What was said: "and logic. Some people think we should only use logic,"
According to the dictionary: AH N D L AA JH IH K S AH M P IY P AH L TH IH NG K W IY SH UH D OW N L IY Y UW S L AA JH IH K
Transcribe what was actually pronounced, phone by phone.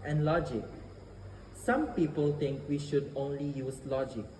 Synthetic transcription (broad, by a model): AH N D L AA JH IH K S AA M P IY P AH L T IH NG K W IY SH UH D OW N L IY Y UW S L AA JH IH K